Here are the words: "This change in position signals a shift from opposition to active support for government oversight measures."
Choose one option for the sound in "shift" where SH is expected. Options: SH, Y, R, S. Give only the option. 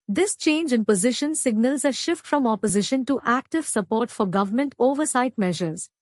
SH